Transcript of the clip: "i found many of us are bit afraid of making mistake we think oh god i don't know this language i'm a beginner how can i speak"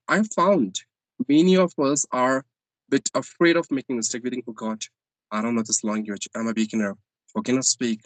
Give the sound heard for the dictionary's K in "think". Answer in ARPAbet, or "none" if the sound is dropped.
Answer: none